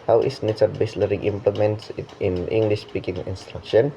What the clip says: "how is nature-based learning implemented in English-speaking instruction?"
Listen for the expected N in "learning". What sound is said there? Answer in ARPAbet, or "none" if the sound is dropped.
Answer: none